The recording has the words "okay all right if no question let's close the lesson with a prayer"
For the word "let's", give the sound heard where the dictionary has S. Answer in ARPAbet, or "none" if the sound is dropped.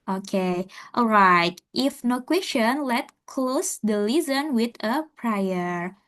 none